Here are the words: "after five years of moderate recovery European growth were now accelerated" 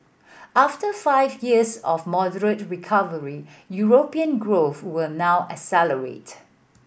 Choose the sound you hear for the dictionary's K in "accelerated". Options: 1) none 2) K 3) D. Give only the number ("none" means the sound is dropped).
1